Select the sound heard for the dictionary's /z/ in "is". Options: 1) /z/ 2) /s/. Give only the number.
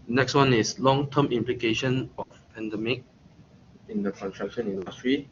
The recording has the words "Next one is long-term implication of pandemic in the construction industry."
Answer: 2